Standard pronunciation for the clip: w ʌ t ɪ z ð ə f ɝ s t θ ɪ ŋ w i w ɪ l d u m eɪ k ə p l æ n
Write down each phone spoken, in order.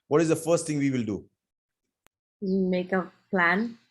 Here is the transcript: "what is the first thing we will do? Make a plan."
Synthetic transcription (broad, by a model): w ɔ t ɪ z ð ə f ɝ s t t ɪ ŋ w i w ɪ l d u m eɪ k ə p l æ n